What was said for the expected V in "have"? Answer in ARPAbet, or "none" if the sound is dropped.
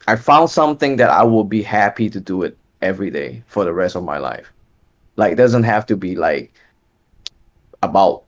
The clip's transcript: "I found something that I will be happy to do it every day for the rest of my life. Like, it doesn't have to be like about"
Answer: F